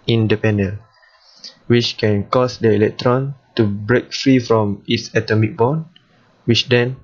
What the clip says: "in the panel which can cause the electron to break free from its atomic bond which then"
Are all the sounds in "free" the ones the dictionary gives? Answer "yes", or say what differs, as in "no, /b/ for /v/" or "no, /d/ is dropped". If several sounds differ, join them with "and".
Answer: yes